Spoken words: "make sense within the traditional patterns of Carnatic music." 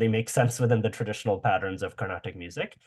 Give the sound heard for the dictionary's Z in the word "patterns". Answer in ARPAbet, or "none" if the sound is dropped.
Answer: Z